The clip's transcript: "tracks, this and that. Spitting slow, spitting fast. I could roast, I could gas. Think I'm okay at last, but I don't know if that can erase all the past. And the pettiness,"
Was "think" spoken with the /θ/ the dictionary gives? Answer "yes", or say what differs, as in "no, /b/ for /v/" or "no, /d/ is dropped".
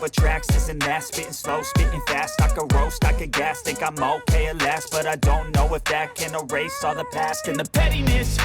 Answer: no, /t/ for /θ/